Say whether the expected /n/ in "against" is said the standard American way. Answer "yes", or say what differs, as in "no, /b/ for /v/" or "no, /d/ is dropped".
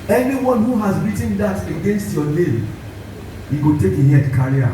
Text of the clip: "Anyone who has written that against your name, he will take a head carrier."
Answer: yes